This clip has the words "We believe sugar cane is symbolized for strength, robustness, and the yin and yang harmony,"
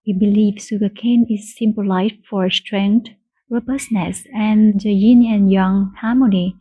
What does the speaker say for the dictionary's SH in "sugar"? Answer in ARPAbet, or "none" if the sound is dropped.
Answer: S